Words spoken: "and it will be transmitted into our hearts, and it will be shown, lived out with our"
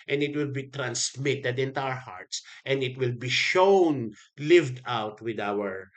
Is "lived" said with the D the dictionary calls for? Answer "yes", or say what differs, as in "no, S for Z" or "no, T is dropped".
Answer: yes